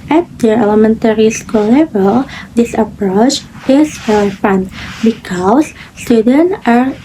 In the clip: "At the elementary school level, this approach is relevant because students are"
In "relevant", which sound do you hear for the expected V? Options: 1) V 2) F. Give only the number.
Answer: 2